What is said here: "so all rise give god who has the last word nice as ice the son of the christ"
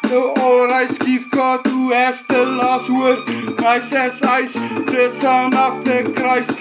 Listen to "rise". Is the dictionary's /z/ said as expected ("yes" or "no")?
no